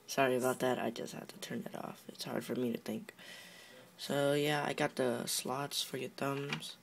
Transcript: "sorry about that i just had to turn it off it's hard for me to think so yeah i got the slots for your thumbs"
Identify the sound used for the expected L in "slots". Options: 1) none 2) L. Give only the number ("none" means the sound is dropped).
2